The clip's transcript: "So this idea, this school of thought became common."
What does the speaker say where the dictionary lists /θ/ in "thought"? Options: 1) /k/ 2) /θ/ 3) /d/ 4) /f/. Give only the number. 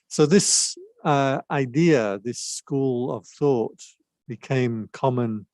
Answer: 2